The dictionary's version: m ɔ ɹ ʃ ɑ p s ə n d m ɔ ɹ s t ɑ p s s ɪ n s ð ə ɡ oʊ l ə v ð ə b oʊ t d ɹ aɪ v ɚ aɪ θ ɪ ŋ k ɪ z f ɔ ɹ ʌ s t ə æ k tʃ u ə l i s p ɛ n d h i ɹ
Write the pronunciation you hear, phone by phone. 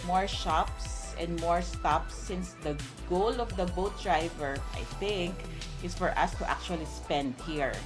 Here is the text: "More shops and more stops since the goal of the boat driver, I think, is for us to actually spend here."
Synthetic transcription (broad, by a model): m ɔ ɹ ʃ ɑ p s ə n d m ɔ ɹ s t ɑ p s s ɪ n s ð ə ɡ oʊ l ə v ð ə b oʊ t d ɹ aɪ v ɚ aɪ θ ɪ ŋ k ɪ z f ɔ ɹ ʌ s t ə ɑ k tʃ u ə l i s p ɛ n d h i ɹ